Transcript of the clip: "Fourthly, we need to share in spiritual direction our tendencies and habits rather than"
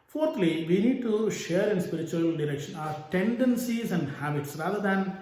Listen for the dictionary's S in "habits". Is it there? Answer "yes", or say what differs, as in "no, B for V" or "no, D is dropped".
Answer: yes